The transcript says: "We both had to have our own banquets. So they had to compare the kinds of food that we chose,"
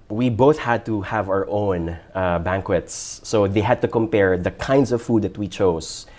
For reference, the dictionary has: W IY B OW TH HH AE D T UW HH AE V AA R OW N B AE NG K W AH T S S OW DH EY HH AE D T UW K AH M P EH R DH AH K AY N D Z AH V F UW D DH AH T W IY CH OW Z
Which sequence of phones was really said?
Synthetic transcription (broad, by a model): W IY B OW TH HH AE D T UW HH AE V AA R OW N B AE NG K W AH T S S OW DH EY HH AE D T UW K AH M P EH R DH AH K AY N D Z AH V F UW D DH AH T W IY CH OW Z